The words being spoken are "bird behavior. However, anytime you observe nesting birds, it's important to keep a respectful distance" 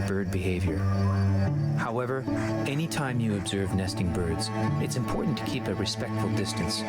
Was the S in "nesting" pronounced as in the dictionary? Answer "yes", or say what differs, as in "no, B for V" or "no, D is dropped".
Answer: yes